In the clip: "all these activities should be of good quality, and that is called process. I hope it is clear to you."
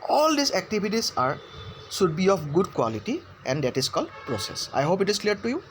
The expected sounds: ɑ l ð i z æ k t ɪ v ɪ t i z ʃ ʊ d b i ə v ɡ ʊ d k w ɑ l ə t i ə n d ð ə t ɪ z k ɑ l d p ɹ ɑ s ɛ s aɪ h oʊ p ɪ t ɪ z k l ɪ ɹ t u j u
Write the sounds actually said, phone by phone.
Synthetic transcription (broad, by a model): ɑ l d i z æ k t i b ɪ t i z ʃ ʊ d b i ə f ɡ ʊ d k w ɑ l ə t i ə n d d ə t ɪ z k ɑ l d p ɹ ɑ s ɛ s aɪ h oʊ p ɪ t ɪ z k l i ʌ t u j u